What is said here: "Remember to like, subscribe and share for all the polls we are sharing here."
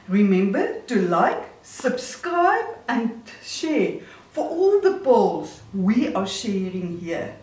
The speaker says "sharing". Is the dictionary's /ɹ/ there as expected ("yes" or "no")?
yes